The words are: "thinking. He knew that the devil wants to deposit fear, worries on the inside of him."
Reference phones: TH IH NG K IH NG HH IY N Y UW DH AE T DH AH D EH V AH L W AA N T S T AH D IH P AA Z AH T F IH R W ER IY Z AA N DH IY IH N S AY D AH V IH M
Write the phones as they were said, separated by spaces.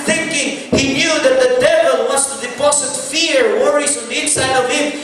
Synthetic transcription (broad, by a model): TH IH NG K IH NG HH IY N Y UW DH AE T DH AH D EH V AH L W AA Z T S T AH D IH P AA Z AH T F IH R W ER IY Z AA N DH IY IH N S AY D AH V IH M